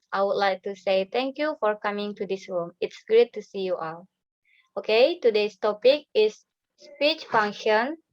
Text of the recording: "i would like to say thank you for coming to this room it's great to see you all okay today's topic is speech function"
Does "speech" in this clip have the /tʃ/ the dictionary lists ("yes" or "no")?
yes